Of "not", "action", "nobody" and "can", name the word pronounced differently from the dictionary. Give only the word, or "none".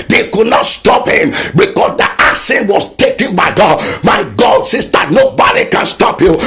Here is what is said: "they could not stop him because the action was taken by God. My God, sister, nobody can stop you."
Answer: action